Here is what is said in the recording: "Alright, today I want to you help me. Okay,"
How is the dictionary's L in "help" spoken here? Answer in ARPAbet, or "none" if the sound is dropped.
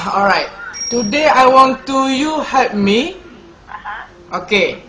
none